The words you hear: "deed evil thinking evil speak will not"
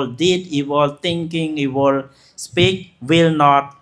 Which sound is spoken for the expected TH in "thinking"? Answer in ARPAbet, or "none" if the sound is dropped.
T